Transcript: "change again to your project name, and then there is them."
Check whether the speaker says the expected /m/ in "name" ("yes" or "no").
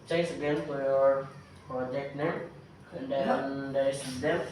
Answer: no